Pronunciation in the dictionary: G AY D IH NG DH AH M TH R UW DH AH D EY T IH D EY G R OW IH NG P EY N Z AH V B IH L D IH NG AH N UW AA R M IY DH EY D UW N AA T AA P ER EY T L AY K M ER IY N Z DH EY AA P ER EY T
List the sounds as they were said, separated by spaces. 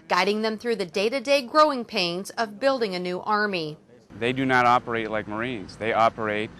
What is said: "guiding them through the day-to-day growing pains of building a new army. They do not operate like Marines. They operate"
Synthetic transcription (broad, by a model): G AY D IH NG DH AH M TH R UW DH AH D EY T IH D EY G R OW IH NG P EY N Z AH V B IH L D IH NG AH N UW AA R M IY DH EY D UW N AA T AA P ER EY T L AY K M ER IY N Z DH EY AA P ER EY T